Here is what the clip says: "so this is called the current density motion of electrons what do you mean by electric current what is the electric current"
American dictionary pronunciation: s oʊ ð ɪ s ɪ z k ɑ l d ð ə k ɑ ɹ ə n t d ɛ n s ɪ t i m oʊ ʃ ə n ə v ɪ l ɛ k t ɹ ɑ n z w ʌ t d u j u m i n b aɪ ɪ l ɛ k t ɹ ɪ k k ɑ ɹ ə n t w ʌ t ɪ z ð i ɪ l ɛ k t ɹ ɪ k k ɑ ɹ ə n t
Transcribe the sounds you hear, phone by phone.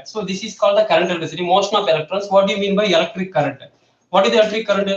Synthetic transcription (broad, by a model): s oʊ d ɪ s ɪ s k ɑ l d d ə k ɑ ɹ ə n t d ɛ s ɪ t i m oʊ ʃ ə n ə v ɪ l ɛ k t ɹ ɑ n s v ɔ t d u j u m i n b aɪ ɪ l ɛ k t ɹ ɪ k k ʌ ɹ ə n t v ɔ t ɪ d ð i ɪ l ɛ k t ɹ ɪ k k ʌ ɹ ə n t